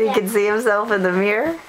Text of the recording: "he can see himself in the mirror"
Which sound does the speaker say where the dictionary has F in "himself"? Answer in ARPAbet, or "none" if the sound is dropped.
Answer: F